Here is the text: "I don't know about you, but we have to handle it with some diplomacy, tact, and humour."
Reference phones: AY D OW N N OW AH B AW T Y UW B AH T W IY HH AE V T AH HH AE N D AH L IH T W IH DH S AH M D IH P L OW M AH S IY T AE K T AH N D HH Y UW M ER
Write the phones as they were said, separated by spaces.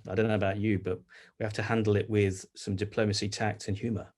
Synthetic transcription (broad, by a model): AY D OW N N OW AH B AW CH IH B AH T W IY HH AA F T AH HH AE N D L IH T W IH DH S AH M D IH P L OW M AH S IY T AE K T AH N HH Y UW M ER